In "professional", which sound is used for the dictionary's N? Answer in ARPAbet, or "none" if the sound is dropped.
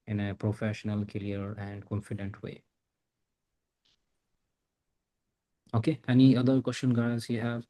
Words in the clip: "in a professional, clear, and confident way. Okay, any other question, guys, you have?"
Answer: N